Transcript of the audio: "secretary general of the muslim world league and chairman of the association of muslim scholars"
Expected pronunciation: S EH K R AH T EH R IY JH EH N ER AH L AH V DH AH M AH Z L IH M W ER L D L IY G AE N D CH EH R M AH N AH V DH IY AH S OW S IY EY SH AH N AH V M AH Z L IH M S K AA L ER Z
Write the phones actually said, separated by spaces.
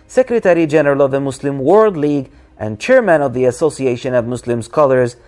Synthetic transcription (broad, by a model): S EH K R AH T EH R IY JH EH N ER AH L AH V DH AH M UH S L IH M W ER L D L IY G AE N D CH EH R M AH N AH V DH IY AH S OW S IY EY SH AH N AH V M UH S L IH M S K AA L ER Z